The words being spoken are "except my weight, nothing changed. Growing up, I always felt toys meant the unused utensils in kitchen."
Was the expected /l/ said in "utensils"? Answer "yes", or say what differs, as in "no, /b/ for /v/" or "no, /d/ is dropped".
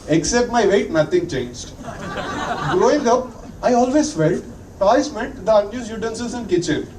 no, /l/ is dropped